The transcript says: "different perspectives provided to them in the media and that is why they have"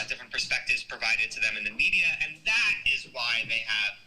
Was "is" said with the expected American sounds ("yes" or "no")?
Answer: yes